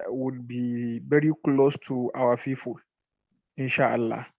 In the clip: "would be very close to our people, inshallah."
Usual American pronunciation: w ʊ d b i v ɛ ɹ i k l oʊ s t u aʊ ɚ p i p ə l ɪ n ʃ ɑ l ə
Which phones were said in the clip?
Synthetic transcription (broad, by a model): w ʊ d b i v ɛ ɹ i k l oʊ s t u aʊ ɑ f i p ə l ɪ n ʃ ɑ l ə